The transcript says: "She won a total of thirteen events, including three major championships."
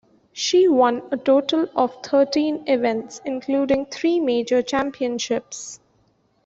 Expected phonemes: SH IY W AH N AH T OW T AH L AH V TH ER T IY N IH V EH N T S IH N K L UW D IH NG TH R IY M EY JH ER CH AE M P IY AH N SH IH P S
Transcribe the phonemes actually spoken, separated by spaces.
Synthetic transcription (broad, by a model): SH IY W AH N AH T OW T AH L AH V T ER T IY N IH V EH N T S IH N K L UW D IH NG T R IY M EY JH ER CH AE M P IY AH N SH IH P S